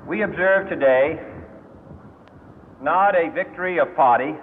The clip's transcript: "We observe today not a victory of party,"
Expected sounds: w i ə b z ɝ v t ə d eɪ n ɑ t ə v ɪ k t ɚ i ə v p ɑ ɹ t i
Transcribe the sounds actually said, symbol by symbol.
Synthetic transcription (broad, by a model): w i ə b z ɝ v t ə d eɪ n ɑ t ə v ɪ k t ɚ i ə v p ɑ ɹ t i